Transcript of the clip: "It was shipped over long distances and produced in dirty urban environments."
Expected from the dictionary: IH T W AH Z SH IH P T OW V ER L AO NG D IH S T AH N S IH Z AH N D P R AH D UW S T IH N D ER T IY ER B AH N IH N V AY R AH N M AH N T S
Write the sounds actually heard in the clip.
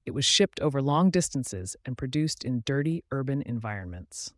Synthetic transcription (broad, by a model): IH T W AH Z SH IH P T OW V ER L AO NG D IH S T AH N S IH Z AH N P R AH D UW S T IH N D ER T IY ER B AH N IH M V AY R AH N M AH N T S